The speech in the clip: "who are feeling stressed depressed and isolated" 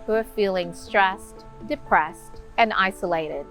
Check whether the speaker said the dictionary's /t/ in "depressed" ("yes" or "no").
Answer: yes